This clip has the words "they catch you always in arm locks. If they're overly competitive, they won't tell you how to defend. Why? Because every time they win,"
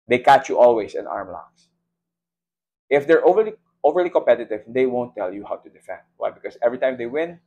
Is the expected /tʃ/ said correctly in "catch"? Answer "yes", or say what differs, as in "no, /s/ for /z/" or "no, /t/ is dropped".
yes